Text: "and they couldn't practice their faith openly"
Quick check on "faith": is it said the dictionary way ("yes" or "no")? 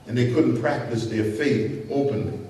no